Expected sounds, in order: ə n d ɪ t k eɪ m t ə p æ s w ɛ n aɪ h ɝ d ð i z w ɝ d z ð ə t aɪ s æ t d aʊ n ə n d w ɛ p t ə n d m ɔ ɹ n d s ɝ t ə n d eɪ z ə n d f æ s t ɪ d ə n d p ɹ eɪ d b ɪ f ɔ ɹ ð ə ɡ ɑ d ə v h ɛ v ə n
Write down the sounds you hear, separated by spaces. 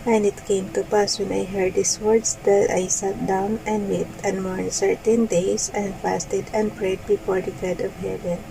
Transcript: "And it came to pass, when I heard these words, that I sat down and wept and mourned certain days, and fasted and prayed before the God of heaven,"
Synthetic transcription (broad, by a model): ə n ɪ t k eɪ m t ə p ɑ s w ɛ n aɪ h ɝ d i s w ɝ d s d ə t aɪ s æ t d aʊ n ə n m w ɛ t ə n m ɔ ɹ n s ɝ t ə n d eɪ s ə n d f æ s t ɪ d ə n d p ɹ eɪ d b ɪ f ɔ ɹ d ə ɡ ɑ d ə v h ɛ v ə n